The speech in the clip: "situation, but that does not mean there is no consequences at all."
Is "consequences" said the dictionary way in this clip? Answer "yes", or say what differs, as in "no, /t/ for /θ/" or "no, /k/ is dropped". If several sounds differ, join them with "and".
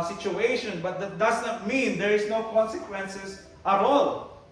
no, /s/ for /z/